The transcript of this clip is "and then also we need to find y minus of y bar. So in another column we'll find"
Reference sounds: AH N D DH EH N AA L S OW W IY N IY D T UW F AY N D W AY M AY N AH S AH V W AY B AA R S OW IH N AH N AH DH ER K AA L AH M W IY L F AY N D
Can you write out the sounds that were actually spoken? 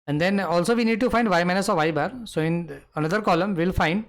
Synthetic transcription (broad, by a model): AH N D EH N AA L S OW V IY N IY D T UW F AY N D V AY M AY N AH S AH V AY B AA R S OW IH N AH N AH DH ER K AA L AH M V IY L F AY N D